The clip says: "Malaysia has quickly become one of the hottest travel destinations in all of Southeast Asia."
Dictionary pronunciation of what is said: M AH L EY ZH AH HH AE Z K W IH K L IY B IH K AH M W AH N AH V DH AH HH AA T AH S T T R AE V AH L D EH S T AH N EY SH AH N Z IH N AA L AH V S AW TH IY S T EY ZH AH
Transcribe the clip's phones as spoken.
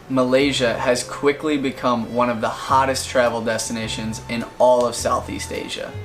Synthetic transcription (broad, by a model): M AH L EY ZH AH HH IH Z K W IH K L IY B IH K AH M W AH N AH V DH AH HH AA T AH S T T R AE V L D EH S T AH N EY SH AH N Z IH N AA L AH V S AW TH IY S T EY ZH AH